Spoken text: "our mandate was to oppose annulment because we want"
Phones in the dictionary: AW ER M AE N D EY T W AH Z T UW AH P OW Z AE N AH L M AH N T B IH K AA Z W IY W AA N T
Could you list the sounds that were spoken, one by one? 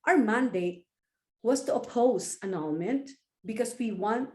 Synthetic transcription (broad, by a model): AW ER M AE N D EY T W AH S T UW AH P OW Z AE N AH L M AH N T B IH K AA S W IY W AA N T